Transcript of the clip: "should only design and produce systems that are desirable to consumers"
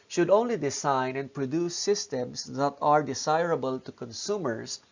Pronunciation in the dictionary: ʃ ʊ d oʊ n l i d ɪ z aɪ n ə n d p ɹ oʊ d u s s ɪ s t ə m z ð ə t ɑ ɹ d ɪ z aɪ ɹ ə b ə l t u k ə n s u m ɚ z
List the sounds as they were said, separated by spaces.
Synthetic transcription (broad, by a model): ʃ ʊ d oʊ n l i d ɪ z aɪ n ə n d p ɹ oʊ d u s s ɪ s t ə m s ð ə t ɑ ɹ d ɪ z aɪ ɹ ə b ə l t u k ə n s u m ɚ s